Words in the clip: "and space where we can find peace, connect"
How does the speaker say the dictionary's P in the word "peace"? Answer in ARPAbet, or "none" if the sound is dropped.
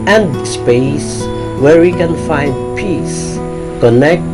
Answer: P